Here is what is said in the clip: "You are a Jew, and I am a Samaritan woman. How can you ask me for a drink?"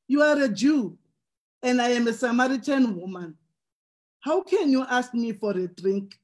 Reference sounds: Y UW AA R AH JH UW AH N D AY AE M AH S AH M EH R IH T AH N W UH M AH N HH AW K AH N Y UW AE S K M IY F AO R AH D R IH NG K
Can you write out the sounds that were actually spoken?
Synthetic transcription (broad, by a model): Y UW AA R AH JH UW AH N D AY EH M AH S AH M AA R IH T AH N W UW M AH N HH AW K AH N Y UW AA S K M IY F AO R AH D R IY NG K